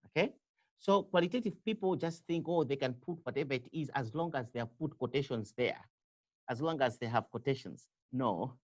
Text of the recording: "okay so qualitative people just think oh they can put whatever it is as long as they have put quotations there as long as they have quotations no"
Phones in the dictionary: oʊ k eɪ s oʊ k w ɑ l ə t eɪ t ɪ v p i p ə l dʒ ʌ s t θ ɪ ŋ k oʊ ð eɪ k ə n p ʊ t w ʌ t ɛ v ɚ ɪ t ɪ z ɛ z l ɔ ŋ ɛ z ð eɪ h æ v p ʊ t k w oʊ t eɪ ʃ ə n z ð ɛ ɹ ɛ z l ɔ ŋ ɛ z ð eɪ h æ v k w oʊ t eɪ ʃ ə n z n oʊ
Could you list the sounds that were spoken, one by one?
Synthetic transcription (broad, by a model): oʊ k eɪ s oʊ k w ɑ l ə t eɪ t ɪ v p i p l dʒ ʌ s t θ ɪ ŋ k oʊ ð eɪ k ə n p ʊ t w ʌ t ɛ v ɚ ɪ t ɪ z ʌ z l ɔ ŋ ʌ z ð eɪ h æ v p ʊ t k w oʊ t eɪ ʃ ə n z ð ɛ ɹ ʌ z l ɔ ŋ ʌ z ð eɪ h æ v k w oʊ t eɪ ʃ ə n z n oʊ